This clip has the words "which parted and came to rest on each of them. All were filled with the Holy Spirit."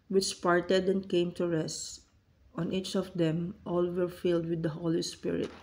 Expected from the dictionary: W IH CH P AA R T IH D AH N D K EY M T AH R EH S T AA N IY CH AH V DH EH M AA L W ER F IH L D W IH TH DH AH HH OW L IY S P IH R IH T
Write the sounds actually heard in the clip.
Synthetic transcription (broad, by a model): W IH CH P AA R T IH D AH N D K EY M T AH R EH S T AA N IY CH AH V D EH M AA L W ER F IH L D W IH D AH HH OW L IY S P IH R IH T